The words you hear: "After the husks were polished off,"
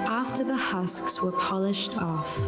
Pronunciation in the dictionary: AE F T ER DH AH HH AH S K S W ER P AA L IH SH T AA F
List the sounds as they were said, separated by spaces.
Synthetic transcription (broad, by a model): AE F T ER DH AH HH AH S K S W ER P AA L IH SH T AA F